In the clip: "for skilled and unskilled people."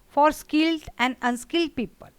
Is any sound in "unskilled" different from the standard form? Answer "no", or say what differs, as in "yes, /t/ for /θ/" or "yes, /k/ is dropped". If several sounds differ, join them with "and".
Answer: no